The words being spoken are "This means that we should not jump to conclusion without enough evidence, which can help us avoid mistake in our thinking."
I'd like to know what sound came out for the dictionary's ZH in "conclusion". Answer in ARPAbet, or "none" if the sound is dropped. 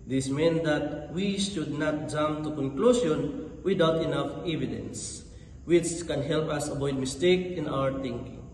S